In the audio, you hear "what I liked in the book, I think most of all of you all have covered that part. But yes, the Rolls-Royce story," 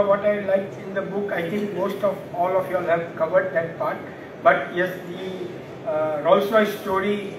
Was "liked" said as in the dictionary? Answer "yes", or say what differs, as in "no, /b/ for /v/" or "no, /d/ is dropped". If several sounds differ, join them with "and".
no, /t/ is dropped